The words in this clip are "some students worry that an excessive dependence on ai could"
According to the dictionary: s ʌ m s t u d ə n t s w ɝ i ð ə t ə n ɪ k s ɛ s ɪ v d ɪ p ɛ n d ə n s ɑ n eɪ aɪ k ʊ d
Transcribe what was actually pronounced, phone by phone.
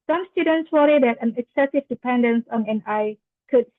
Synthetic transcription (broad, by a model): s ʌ m s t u d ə n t s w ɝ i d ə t ə n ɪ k s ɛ s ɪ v d ɪ p ɛ n d ə n s ɑ n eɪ aɪ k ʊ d